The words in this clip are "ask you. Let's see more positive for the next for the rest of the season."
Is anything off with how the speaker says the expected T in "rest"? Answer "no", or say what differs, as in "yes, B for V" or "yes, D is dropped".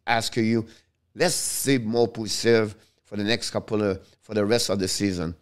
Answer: no